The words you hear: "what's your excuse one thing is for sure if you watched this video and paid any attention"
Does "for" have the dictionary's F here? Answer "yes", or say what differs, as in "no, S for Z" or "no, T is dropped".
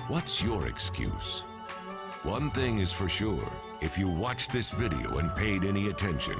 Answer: yes